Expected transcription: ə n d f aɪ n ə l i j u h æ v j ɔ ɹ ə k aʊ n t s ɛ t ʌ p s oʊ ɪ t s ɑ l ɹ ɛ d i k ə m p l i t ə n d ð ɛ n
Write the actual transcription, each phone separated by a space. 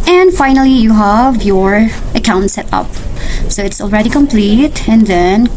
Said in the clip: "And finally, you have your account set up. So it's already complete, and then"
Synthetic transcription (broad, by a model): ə n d f aɪ n ə l i j u h æ v j ɔ ɹ ə k aʊ n t s ɛ t ʌ p s oʊ ɪ t s ɑ l ɹ ɛ d i k ə m p l i t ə n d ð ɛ n